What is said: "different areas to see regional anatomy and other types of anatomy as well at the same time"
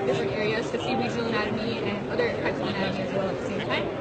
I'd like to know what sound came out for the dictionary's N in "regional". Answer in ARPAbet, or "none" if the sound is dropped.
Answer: none